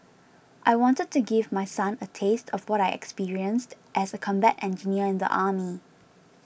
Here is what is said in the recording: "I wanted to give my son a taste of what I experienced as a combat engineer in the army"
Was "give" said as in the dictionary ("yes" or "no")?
yes